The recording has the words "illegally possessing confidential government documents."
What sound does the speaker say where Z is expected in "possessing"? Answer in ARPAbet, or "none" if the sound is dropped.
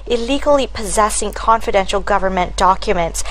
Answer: Z